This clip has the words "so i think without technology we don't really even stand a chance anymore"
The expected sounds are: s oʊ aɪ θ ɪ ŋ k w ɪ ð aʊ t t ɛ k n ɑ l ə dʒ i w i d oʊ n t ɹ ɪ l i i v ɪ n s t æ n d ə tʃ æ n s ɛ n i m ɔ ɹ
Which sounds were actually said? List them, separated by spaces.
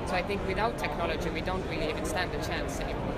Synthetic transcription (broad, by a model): s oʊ aɪ θ ɪ ŋ k w ɪ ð aʊ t t ɛ k n ɑ l ə dʒ i w i d oʊ n t ɹ ɪ l i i v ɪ n s t æ n d ə tʃ æ n s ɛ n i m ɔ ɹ